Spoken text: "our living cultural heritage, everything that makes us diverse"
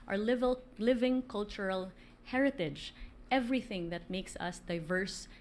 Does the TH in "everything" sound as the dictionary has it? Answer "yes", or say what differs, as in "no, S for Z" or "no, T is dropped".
yes